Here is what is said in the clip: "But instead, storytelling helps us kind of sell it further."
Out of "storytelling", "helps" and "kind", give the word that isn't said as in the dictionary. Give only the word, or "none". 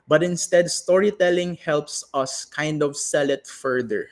none